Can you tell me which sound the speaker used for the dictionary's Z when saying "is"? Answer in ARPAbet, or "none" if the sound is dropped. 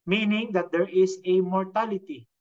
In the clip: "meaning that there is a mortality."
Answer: S